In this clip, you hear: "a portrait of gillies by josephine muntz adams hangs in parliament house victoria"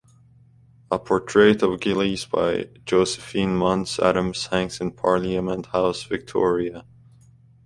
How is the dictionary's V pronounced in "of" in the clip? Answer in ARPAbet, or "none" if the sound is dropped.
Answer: V